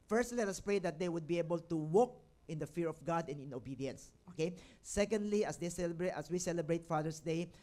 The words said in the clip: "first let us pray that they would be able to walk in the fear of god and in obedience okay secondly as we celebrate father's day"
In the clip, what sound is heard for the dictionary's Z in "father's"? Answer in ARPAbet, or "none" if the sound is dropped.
S